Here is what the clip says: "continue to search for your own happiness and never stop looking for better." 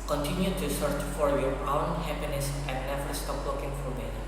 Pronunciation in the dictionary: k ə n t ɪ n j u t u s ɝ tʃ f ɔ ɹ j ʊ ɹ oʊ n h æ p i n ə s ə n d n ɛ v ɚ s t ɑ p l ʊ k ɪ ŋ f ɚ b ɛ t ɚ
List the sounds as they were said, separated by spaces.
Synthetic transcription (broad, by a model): k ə n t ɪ n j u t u s ɝ tʃ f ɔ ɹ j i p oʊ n h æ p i n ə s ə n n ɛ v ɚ s t ɑ p w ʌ k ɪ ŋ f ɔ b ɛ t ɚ